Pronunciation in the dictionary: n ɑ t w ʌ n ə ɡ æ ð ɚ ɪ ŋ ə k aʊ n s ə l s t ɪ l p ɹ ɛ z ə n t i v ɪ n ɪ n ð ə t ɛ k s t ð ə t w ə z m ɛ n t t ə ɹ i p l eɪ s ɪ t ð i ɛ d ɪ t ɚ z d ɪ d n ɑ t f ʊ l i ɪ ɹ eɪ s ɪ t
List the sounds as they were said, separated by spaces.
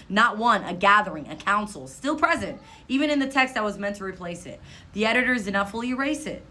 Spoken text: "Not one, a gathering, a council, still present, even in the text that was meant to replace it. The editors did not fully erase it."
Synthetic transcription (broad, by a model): n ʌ t w ʌ n ə ɡ æ ð ɚ ɪ ŋ ə k aʊ n s l s t ɪ l p ɹ ɛ z ə n t i v ɪ n ɪ n ð ə t ɛ k s t ð ə t w ə z m ɛ n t t ə ɹ i p l eɪ s ɪ t ð i ɛ d ɪ t ɚ z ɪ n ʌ f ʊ l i ɪ ɹ eɪ s ɪ t